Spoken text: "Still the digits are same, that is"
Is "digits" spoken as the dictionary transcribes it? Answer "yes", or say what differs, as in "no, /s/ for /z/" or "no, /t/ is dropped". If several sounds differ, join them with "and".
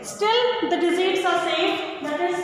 no, /z/ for /dʒ/